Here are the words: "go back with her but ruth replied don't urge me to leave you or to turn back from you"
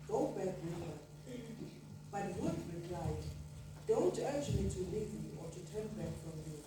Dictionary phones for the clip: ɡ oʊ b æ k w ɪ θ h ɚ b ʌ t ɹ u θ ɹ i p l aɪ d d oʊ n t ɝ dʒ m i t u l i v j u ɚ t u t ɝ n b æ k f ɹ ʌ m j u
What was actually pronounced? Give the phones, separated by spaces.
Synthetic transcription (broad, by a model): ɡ oʊ b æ k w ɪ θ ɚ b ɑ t w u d ɹ i p l aɪ d d oʊ n t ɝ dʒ m i t u l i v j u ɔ t u t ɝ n b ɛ k f ɹ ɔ m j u